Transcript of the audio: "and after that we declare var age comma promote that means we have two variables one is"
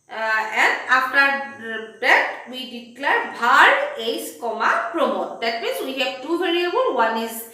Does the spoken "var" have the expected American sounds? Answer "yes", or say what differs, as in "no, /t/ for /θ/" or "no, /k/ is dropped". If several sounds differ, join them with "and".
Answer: no, /b/ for /v/